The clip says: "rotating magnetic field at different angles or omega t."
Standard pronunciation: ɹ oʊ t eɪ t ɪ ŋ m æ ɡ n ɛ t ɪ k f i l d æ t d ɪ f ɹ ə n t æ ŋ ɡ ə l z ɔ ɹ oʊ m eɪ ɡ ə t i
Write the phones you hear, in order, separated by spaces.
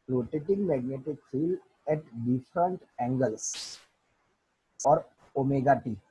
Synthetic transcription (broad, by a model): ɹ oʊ t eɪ t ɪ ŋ m æ ɡ n ɛ t ɪ k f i l ɛ t d ɪ f ɹ ə n t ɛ ŋ ɡ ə l s ɔ ɹ oʊ m eɪ ɡ ə t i